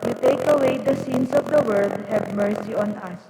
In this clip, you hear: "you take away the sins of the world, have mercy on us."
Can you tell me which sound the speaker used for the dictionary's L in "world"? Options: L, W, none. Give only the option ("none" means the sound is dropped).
none